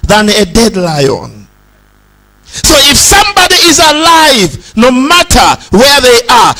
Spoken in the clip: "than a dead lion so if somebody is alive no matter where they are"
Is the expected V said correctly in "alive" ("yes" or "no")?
yes